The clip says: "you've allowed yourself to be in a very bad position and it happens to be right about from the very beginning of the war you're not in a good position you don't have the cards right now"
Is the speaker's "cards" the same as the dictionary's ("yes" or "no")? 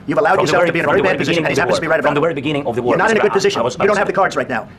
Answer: yes